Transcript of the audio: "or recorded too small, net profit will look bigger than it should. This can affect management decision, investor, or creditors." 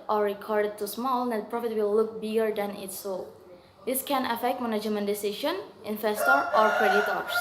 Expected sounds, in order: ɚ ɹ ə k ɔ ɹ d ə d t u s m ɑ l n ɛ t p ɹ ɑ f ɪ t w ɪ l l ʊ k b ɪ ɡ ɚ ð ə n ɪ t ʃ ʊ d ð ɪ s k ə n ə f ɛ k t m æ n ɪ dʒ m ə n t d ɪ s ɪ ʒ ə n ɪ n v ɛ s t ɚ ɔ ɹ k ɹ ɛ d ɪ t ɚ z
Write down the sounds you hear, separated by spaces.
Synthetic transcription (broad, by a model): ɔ ɹ ə k ɔ ɹ d ə d t u s m ɑ l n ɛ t p ɹ ɑ f ɪ t w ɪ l l ʊ k b ɪ ɡ ɚ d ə n ɪ t s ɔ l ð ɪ s k ə n ə f ɛ k t m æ n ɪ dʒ m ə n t d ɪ s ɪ ʃ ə n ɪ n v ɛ s t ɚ ɔ ɹ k ɹ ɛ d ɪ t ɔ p